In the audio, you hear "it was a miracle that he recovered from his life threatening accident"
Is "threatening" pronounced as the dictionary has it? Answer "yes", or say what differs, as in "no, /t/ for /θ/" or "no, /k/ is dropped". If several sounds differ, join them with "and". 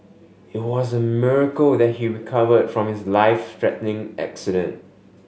no, /t/ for /θ/